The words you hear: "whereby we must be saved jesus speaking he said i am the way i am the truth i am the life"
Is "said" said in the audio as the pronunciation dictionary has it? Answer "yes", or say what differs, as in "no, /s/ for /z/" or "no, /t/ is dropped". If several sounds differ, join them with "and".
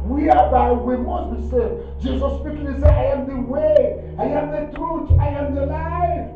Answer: no, /d/ is dropped